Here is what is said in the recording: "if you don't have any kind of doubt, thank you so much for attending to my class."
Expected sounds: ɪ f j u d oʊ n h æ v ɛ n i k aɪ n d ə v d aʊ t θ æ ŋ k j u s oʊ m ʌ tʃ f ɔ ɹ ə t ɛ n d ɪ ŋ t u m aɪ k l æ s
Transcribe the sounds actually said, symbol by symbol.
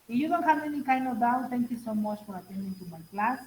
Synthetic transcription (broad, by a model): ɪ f j u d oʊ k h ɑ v ɛ n i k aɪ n ə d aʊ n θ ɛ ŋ k j u s oʊ m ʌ tʃ f ɔ ɹ ə t ɛ n d ɪ ŋ t u m aɪ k l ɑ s